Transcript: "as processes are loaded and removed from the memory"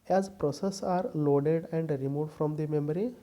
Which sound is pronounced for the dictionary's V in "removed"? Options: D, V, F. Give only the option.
F